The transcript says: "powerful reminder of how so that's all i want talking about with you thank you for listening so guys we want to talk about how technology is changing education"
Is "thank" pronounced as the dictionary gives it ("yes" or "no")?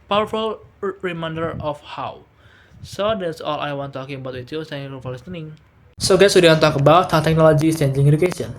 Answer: no